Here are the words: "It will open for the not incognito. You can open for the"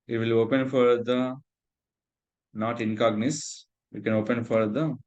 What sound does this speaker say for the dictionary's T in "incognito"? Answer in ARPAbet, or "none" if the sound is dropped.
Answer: S